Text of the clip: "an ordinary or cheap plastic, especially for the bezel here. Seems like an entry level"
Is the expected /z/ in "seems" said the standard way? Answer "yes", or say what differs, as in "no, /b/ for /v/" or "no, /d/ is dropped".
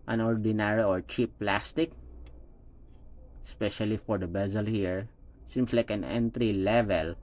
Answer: no, /s/ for /z/